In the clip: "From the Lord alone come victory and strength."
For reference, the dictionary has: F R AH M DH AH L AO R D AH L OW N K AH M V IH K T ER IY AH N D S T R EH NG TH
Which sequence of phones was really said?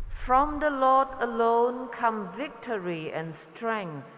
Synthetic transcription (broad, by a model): F R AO M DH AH L AO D AH L OW N K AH M V IH K T ER IY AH N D S T R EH NG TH